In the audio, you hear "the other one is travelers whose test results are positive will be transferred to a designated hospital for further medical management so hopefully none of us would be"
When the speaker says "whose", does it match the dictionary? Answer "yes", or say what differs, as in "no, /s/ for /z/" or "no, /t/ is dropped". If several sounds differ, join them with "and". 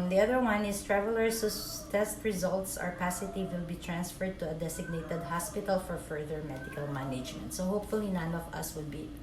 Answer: no, /z/ is dropped